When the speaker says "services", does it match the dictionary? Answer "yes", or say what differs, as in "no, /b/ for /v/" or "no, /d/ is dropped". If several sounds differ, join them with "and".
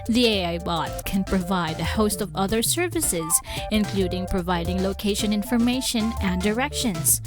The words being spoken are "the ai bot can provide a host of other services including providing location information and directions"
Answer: yes